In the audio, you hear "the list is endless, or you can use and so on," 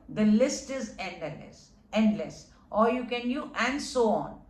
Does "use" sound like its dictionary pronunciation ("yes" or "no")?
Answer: no